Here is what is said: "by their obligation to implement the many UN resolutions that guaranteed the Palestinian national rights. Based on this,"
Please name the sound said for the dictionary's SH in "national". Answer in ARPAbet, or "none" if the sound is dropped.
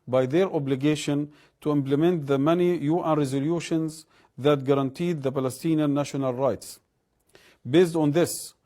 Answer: SH